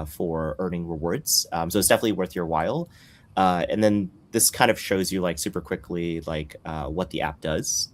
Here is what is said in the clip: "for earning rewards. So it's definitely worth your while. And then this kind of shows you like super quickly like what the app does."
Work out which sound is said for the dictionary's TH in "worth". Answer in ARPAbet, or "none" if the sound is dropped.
TH